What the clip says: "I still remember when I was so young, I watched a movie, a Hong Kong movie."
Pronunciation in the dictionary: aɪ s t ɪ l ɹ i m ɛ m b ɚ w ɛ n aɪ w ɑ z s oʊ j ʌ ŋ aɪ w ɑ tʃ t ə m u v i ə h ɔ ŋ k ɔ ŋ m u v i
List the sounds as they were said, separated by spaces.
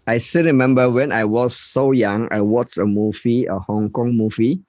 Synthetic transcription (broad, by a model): aɪ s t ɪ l ɹ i m ɛ m b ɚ w ɛ n aɪ w ɑ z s oʊ j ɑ ŋ aɪ w ɑ tʃ ə m u v i ə h ɔ ŋ k ɔ ŋ m u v i